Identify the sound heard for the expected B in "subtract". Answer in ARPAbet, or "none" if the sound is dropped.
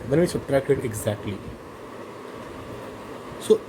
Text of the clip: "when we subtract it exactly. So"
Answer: none